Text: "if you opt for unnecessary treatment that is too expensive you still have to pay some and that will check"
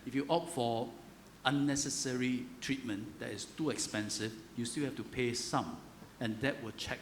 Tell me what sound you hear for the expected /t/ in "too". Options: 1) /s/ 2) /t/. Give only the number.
2